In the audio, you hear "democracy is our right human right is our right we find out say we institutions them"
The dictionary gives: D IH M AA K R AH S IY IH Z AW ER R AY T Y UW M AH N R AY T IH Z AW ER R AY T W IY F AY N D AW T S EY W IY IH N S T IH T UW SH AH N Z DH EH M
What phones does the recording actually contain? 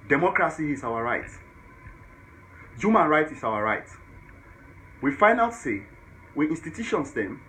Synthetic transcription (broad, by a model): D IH M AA K R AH S IY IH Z AW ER R AY T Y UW M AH N R AY T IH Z AW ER R AY T W IY F AY N AW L S EY W IY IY N S T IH T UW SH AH N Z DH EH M